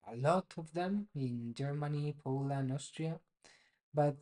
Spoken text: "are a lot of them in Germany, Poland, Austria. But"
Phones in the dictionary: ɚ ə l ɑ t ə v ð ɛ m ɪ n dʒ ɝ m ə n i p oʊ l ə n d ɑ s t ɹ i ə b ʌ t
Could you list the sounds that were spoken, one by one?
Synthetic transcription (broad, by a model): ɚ ə l ɑ t ə v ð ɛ m ɪ n dʒ ɝ m ə n i p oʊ l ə n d ɑ s t ɹ i ə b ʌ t